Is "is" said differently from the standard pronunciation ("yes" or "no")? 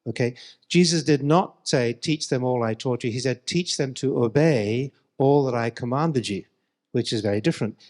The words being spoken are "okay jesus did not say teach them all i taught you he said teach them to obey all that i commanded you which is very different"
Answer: no